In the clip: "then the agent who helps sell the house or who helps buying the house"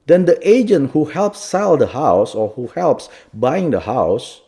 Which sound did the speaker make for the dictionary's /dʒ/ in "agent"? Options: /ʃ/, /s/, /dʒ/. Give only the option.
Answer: /dʒ/